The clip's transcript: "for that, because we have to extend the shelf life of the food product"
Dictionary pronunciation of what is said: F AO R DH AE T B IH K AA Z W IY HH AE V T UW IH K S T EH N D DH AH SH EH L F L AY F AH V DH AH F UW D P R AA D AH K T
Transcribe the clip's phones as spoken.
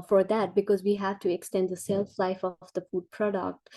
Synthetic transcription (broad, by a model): F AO R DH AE T B IH K AA Z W IY HH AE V T UW IH K S T EH N D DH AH S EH L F L AY F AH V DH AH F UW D P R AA D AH K T